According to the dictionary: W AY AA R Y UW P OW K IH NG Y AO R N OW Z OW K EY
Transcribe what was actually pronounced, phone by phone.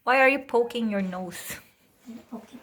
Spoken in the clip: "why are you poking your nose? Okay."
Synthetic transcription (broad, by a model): W AY AA R Y UW P OW K IH NG Y AO R N OW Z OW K